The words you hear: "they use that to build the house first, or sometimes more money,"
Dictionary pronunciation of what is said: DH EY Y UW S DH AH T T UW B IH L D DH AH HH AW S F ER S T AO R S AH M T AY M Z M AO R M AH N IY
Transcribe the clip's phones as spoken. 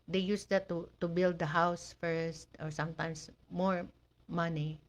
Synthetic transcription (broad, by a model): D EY Y UW S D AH T T UW B IH L D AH HH AW S F ER S T AO R S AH M T AY M S M AO R M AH N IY